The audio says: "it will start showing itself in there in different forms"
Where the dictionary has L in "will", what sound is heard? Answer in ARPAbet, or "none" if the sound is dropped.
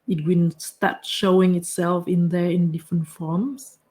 N